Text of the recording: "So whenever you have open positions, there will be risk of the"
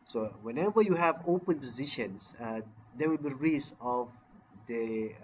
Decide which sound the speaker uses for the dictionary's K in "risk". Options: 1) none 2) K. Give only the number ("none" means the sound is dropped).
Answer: 1